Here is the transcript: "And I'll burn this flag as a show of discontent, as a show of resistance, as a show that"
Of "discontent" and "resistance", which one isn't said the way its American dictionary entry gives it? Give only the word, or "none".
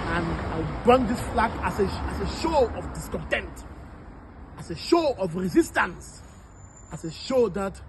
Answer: none